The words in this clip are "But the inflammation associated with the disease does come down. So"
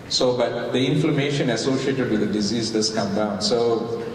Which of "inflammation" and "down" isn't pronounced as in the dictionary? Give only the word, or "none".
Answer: none